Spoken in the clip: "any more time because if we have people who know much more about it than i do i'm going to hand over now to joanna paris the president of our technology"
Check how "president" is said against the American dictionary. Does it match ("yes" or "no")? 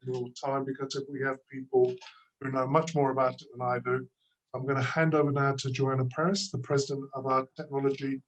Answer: yes